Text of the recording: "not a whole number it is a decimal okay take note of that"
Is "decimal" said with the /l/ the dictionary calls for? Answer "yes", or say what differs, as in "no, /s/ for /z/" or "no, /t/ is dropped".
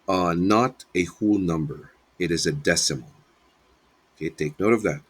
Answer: no, /n/ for /l/